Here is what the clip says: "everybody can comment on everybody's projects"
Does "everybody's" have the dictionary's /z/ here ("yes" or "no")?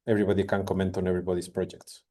no